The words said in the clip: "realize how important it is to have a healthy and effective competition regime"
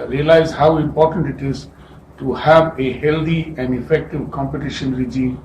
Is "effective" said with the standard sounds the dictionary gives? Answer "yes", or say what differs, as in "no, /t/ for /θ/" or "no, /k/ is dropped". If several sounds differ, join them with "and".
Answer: yes